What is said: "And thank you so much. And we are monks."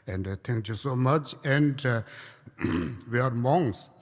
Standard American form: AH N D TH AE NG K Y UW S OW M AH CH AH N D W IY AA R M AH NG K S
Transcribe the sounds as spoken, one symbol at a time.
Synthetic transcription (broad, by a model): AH N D T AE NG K Y UW S OW M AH CH AH N D W IY AA R M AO NG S